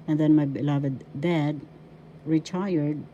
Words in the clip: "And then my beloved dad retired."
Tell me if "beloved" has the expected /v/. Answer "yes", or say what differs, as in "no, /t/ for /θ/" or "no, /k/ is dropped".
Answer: yes